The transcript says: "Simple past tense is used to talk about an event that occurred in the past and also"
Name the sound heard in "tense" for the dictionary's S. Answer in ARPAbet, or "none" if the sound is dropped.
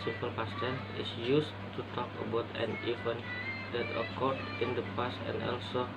none